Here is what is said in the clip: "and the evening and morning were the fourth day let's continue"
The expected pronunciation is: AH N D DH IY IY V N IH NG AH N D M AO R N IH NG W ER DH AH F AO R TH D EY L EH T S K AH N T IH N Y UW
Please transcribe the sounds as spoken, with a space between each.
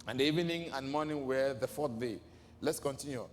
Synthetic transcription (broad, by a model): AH N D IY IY N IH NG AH N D M AO N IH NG W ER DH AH F AO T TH D EY L EH T S K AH N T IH N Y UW